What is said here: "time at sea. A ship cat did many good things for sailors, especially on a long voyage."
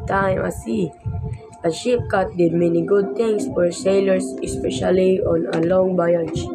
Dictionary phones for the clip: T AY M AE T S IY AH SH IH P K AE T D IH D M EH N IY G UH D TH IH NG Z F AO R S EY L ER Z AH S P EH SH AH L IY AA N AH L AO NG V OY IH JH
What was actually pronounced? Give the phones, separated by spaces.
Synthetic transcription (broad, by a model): T AY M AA S IY AH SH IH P K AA T D IH D M EH N IY G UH D T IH NG S F AO R S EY L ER S AH S P EH SH AH L IY AA N AH L AO NG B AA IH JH